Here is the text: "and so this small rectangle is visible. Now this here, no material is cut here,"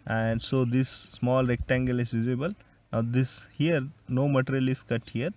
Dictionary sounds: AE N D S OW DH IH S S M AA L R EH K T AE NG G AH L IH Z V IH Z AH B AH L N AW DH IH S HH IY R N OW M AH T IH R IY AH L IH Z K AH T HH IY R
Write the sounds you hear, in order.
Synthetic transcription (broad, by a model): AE N D S OW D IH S S M AA L R EH K T AE NG G AH L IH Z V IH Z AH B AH L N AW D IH S HH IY R N OW M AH T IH R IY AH L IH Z K AH T HH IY R